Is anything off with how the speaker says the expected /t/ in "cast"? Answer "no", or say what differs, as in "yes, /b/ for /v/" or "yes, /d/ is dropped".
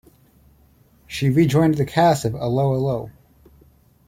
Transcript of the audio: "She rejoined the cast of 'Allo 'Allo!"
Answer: yes, /t/ is dropped